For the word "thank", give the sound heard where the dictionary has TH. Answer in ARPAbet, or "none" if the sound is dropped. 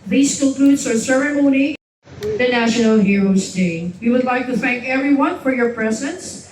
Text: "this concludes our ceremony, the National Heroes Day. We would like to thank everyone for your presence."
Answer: TH